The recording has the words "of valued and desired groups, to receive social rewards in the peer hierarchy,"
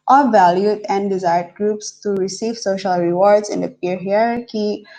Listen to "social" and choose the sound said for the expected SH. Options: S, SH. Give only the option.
SH